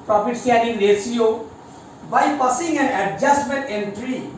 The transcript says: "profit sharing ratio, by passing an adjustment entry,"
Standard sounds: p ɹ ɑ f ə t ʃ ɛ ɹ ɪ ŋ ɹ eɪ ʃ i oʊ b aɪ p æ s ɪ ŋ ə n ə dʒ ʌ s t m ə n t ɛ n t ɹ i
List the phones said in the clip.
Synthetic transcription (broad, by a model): p ɹ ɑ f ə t s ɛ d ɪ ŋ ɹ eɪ s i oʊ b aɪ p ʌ s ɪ ŋ ə n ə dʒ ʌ s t m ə n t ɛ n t ɹ i